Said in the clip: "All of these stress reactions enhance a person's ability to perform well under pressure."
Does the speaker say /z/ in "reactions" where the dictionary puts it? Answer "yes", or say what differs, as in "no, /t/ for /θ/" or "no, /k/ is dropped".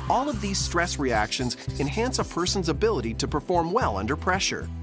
yes